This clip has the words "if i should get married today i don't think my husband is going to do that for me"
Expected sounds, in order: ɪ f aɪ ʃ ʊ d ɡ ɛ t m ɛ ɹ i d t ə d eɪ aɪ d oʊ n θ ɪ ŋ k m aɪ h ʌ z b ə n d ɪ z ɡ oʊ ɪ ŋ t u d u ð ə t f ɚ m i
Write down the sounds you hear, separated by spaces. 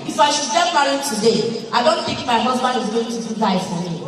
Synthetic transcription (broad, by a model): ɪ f aɪ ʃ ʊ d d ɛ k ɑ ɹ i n t ə d eɪ aɪ d oʊ n t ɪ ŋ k m aɪ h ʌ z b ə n ɪ z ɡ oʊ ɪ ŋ t u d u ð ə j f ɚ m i